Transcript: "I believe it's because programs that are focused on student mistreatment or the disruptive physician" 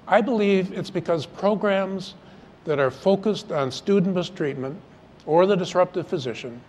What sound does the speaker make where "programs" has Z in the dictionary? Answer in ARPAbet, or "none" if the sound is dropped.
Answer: Z